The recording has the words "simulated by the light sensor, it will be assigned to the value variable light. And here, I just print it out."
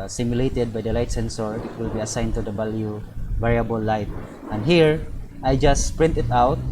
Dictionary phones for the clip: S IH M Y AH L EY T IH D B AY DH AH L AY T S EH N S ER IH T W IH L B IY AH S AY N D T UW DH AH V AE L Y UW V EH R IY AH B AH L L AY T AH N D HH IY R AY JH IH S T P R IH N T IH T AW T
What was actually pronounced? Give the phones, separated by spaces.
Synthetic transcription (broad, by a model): S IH M Y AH L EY T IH D B AY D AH L AY T S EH N S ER IH T W IH L B IY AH S AY N T UW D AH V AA L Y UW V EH R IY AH B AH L L AY T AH N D HH IY R AY JH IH S P R IH N T IH T AW T